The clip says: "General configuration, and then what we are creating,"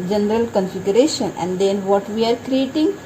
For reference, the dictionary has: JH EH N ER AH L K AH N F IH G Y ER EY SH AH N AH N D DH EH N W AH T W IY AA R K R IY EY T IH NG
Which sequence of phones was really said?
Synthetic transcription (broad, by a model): JH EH N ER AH L K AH N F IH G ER EY SH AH N AH N D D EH N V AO T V IY AA R K R IY EY T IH NG